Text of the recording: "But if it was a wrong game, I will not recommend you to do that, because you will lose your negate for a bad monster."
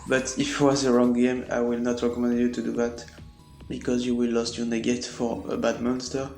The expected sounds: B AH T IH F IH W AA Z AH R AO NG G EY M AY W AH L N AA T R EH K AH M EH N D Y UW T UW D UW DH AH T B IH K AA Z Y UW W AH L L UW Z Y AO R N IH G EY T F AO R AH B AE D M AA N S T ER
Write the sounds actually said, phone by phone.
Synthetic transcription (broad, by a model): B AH T IH F W AA Z AH R AO NG G EY M AY W AH L N AA T R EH K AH M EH N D Y UW T UW D UW DH AH T B IH K AA Z Y UW W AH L L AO S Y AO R N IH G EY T F AO R AH B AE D M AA N S T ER